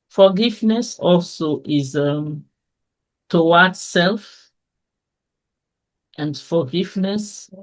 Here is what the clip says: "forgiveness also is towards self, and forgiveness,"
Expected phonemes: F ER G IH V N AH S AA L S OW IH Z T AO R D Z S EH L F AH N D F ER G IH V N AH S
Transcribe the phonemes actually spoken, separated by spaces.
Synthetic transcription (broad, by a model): F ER G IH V N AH S AA L S OW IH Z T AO W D S EH L F AH N D F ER G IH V N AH S